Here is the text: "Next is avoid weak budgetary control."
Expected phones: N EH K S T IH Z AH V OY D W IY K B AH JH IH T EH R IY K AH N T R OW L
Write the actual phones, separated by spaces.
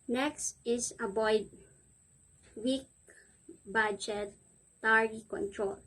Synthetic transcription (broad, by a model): N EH K S T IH S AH B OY D W IY K B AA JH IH T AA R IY K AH N T R OW L